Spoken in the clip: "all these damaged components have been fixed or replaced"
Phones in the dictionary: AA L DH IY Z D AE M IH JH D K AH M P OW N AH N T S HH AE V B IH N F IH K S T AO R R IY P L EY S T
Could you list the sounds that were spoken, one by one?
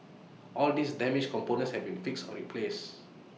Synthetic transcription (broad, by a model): AA L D IY S D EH M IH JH K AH M P OW N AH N S HH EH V B IH N F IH K S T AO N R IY P L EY S